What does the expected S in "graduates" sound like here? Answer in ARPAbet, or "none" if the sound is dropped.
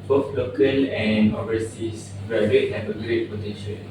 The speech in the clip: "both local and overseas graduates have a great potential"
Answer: none